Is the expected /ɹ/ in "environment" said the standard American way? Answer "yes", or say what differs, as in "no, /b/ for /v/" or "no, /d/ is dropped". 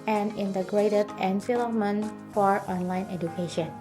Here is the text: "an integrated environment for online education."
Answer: no, /l/ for /ɹ/